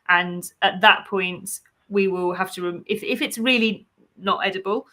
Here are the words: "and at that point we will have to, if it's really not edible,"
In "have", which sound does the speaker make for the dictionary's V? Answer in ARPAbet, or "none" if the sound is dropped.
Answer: F